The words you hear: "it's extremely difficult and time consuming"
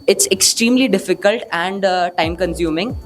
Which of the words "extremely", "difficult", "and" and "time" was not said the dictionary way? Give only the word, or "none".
none